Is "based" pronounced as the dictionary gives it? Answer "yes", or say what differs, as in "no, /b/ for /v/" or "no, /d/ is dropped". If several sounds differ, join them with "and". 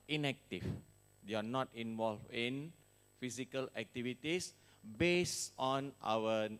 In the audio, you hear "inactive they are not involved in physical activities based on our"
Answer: no, /t/ is dropped